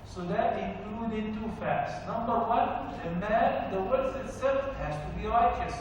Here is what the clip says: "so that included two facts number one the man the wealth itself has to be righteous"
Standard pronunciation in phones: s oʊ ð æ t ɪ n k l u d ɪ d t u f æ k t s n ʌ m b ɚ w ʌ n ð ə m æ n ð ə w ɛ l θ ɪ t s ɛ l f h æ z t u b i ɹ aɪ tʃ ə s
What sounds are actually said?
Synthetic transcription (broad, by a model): s oʊ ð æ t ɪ k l u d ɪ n t u f æ k t s n ʌ m b ɚ w ʌ n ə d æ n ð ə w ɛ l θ ɪ t s ɛ l f h æ z t u b i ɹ aɪ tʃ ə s